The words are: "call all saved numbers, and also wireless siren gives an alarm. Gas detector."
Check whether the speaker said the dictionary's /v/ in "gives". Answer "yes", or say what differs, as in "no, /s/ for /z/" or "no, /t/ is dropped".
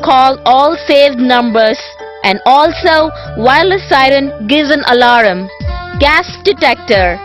no, /v/ is dropped